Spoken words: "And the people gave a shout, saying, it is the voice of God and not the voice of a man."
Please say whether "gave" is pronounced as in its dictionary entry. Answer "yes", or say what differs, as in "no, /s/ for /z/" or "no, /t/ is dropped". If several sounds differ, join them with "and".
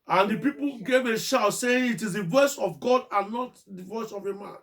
yes